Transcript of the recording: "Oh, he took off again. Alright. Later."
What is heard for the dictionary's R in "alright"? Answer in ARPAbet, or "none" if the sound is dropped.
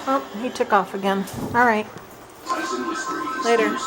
R